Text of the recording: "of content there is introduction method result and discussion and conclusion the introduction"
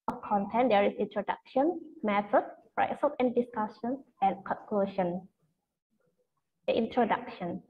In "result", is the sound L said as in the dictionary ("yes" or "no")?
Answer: no